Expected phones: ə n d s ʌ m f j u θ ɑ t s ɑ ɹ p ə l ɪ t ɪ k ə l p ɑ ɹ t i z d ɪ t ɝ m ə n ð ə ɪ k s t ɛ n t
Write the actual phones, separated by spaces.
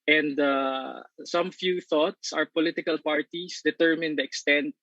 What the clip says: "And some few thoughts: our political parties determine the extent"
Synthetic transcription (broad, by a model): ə n d s ʌ m f j u θ ɑ t s ɑ ɹ p ə l ɪ t ɪ k ə l p ɑ ɹ t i s d ɪ t ɝ m ə n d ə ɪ k s t ɛ n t